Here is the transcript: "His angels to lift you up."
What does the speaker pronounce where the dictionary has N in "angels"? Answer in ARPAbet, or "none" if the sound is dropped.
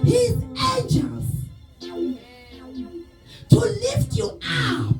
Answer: none